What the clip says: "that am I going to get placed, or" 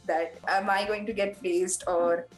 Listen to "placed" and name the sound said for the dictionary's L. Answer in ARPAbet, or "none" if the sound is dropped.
none